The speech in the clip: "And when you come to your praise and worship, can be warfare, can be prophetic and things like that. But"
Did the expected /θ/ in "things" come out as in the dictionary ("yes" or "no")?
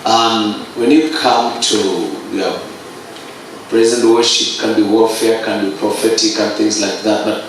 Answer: yes